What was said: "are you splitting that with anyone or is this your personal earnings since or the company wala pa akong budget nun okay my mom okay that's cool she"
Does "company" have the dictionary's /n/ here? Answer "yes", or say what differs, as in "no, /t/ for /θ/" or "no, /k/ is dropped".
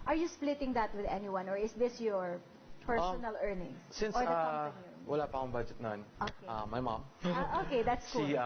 no, /n/ is dropped